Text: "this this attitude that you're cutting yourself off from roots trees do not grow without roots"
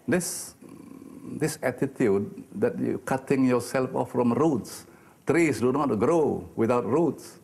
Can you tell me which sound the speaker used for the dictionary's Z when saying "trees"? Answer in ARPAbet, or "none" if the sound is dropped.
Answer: S